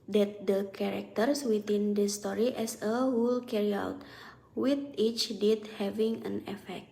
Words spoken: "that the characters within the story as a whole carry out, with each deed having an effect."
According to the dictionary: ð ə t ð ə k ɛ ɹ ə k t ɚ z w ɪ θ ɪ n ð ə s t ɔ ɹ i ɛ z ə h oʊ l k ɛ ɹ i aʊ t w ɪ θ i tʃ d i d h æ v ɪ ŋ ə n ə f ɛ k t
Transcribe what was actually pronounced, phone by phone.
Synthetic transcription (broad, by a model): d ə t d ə k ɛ ɹ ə k t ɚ s w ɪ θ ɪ n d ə s t ɔ ɹ i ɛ s ə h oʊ l k ɛ ɹ i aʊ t w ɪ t i tʃ d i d h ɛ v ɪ ŋ ə n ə f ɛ k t